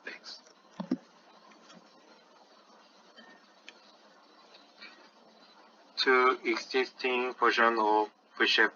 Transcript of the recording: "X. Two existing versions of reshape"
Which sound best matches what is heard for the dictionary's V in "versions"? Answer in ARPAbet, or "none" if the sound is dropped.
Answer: P